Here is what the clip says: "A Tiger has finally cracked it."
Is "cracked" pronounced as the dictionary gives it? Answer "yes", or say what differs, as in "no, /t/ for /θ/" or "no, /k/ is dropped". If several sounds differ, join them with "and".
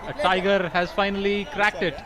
yes